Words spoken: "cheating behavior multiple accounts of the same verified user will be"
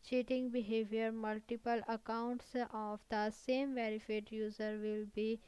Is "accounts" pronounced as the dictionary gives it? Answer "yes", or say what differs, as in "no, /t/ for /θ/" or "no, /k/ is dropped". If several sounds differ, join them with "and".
yes